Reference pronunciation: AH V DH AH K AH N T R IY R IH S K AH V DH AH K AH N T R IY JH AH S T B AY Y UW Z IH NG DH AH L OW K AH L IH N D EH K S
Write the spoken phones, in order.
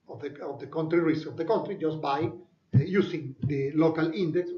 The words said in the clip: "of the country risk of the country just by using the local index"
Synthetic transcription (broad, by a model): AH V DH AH K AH N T R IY R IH S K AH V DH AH K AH N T R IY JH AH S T B AY Y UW S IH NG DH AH L OW K AH L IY N D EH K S